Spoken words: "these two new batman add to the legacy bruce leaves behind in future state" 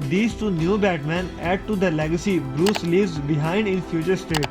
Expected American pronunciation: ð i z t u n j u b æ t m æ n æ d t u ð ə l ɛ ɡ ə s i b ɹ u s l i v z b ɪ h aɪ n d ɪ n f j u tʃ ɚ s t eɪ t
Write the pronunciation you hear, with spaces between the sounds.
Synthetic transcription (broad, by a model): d i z t u n j u b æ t m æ n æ d t u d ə l ɛ ɡ ə s i b ɹ u s l i v z b ɪ h aɪ n d ɪ n f j u tʃ ɚ s t eɪ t